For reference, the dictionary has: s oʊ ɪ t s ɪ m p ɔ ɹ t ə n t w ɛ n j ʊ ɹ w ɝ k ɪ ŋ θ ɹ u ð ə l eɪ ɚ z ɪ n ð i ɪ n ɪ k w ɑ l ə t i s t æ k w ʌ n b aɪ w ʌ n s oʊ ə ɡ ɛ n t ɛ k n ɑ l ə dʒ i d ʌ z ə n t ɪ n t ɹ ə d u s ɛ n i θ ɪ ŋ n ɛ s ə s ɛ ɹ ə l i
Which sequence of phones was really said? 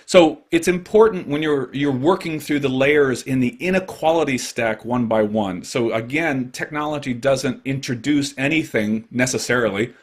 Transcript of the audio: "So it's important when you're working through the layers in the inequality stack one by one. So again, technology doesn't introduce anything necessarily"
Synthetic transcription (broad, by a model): s oʊ ɪ t s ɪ m p ɔ ɹ t n t w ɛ n j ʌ ɹ w ɝ k ɪ ŋ θ ɹ u ð ə l eɪ ɚ z ɪ n ð i ɪ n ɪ k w ɑ l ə t i s t æ k w ʌ n b aɪ w ʌ n s oʊ ə ɡ ɛ n t ɛ k n ɑ l ə dʒ i d ʌ z ə n t ɪ n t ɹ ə d u s ɛ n i θ ɪ ŋ n ɛ s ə s ɛ ɹ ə l i